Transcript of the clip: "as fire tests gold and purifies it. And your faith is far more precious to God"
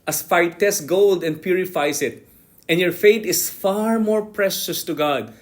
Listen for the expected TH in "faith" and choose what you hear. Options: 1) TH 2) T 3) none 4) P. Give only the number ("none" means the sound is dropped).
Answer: 2